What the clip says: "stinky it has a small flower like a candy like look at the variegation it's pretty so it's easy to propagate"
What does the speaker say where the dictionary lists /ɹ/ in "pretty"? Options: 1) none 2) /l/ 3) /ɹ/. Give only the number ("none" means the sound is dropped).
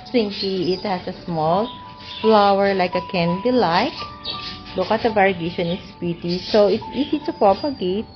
1